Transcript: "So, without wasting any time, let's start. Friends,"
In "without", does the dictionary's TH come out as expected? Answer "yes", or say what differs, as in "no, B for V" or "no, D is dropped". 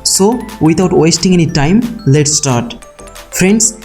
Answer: no, T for TH